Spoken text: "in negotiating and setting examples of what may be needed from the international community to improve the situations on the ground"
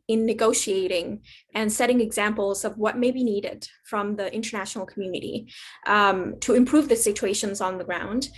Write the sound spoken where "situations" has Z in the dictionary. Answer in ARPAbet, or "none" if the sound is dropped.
Z